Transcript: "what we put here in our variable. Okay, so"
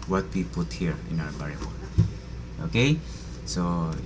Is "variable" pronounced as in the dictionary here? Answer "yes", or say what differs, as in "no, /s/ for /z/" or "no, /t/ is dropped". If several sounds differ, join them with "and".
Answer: no, /b/ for /v/